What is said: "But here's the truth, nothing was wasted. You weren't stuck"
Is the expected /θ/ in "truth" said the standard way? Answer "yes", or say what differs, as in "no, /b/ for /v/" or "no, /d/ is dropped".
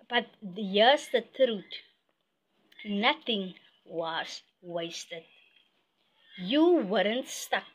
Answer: no, /t/ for /θ/